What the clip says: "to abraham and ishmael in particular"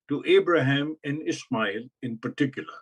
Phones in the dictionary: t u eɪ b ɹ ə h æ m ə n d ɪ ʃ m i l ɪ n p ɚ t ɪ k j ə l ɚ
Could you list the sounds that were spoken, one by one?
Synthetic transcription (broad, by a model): t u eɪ b ɹ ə h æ m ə n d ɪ s m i l ɪ n p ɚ t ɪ k j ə l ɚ